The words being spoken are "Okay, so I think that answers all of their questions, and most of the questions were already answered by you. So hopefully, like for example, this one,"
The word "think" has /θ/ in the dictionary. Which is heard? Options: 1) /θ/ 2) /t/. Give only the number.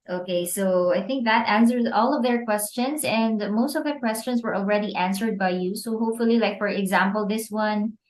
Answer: 1